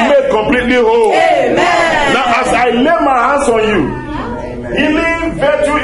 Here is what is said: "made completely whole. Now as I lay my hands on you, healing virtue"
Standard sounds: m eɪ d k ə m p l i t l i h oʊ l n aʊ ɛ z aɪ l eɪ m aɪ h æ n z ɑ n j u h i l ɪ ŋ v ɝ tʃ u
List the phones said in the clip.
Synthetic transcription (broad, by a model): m eɪ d k ə m p l i t l i h oʊ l n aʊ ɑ s aɪ l eɪ m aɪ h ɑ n s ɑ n j u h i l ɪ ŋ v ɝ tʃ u